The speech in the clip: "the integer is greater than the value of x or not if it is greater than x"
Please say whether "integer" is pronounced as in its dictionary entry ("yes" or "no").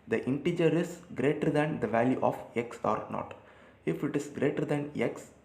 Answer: yes